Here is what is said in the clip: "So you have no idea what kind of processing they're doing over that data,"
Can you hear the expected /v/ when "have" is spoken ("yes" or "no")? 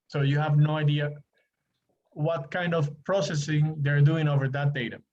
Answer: yes